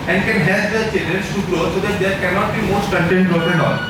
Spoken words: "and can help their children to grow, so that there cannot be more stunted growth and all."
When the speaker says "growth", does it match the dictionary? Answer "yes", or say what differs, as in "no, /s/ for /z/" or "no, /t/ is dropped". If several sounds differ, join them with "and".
no, /ɹ/ is dropped and /t/ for /θ/